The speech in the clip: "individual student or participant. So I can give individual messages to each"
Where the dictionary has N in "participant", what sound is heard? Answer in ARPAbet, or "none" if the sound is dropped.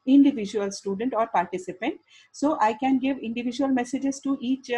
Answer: N